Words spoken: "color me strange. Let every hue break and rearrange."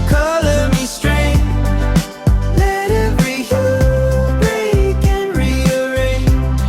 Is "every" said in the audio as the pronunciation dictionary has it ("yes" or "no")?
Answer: no